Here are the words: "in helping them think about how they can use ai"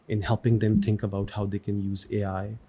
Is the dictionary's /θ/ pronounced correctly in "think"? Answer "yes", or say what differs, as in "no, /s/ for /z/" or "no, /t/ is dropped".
yes